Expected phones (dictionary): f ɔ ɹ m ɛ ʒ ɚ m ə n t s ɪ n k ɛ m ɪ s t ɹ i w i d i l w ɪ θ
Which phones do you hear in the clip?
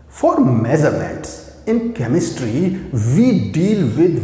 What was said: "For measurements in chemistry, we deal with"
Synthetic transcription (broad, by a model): f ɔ ɹ m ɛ z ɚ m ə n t s ɪ n k ɛ m ɪ s t ɹ i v i d i l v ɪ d